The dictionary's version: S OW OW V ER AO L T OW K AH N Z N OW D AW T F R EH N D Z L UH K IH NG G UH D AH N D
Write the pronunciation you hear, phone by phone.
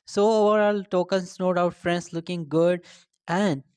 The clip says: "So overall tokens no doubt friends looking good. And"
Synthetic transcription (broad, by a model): S OW OW V ER AO L T OW K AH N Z N OW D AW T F R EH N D S L UH K IH NG G UH D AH N D